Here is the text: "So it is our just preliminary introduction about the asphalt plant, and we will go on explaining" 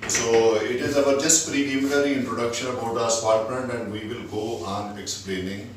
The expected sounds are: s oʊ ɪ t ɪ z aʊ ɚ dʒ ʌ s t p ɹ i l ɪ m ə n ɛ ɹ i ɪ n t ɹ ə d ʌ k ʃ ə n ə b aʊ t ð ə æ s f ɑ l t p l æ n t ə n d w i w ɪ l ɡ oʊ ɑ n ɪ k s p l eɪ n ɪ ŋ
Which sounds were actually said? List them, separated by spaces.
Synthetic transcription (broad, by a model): s oʊ ɪ t ɪ z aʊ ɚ dʒ ʌ s t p ɹ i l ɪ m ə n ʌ ɹ i ɪ n t ɹ ə d ʌ k ʃ ə n ə b aʊ t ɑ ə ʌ s p ɑ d t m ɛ n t ə n d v i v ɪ l ɡ oʊ ɑ n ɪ k s p l eɪ n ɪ ŋ